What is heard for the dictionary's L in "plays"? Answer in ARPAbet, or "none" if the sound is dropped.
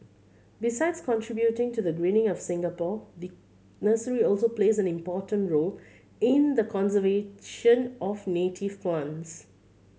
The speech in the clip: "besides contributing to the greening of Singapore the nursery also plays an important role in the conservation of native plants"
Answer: L